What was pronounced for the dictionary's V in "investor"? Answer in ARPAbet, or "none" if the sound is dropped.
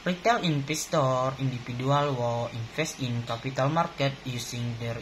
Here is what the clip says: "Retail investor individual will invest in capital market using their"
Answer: P